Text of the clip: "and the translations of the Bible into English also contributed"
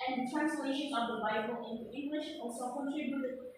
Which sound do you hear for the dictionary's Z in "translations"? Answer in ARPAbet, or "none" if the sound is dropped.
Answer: none